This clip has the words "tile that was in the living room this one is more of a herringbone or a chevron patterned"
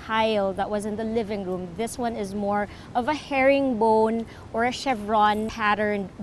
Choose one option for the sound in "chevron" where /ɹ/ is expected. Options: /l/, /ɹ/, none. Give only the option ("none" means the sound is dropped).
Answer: /ɹ/